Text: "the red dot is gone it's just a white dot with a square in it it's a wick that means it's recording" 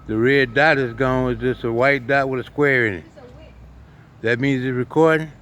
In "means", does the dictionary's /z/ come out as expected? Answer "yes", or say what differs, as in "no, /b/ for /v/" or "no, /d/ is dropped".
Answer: yes